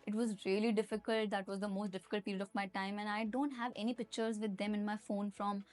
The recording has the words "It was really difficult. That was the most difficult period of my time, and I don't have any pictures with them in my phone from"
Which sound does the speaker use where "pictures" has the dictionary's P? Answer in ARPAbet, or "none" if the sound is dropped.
P